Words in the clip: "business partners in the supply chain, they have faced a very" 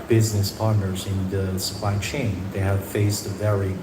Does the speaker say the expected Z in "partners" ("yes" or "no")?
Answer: yes